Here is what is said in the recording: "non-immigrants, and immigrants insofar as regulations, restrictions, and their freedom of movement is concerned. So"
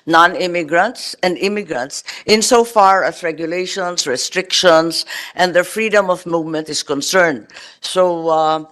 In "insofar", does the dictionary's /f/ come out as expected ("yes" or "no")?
yes